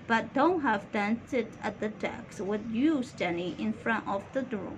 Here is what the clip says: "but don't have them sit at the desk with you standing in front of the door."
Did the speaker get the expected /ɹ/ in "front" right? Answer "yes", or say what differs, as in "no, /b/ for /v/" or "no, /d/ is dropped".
yes